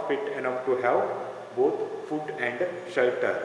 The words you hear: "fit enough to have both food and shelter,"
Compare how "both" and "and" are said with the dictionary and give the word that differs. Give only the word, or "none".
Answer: both